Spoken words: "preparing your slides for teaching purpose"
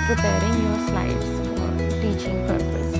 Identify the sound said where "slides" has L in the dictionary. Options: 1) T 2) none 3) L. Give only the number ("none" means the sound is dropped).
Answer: 2